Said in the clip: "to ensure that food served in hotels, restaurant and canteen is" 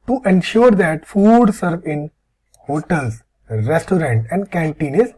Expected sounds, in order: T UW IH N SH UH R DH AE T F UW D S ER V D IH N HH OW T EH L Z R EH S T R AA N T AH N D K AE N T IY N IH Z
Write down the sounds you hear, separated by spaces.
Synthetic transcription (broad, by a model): T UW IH N SH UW R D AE T F UW D S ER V IH N HH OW T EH L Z R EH S T R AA N T AH N D K AE N T IY N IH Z